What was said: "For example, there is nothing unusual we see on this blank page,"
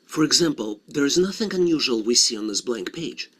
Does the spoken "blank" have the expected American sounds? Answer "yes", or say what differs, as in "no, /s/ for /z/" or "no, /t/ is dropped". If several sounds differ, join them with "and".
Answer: yes